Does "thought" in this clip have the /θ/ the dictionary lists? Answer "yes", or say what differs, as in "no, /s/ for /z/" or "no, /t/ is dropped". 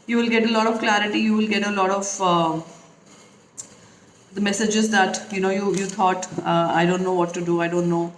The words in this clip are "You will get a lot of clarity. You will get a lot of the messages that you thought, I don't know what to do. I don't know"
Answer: no, /t/ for /θ/